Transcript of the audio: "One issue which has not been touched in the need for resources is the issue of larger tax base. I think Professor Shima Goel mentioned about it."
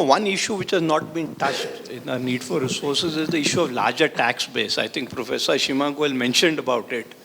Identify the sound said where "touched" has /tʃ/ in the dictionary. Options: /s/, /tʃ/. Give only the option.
/tʃ/